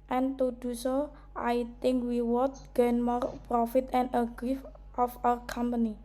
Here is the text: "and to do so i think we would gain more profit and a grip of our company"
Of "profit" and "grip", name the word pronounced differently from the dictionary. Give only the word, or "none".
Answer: grip